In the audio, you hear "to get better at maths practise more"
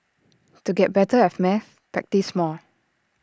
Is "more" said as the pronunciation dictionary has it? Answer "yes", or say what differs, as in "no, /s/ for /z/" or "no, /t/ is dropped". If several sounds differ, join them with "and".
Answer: no, /l/ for /ɹ/